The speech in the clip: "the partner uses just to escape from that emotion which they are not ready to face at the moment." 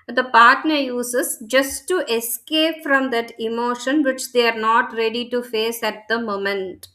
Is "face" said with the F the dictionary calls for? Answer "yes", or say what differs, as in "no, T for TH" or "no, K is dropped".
yes